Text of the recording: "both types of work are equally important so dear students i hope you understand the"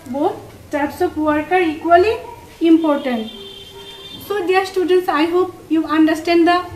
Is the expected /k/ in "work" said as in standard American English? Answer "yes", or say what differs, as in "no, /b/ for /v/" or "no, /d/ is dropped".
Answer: yes